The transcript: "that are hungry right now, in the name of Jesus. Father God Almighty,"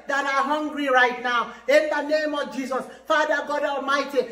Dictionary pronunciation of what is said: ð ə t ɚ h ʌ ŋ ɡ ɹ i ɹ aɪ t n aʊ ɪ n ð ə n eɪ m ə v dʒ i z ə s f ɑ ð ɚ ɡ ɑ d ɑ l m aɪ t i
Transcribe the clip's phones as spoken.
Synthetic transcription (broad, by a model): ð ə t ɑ h ʌ ŋ ɡ ɹ i ɹ aɪ t n aʊ ɪ n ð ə n eɪ m ə v dʒ i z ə s f ɑ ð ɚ ɡ ɑ d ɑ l m aɪ t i